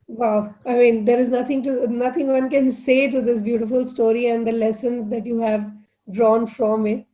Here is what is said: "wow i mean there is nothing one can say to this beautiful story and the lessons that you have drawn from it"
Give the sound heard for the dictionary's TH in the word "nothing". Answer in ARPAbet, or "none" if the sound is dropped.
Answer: T